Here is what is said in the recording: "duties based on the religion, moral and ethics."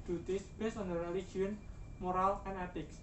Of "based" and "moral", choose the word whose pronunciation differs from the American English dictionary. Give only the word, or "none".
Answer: based